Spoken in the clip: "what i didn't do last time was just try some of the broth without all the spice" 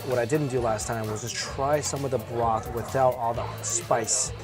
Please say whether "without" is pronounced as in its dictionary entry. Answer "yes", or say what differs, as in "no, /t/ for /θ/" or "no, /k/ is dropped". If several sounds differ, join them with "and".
yes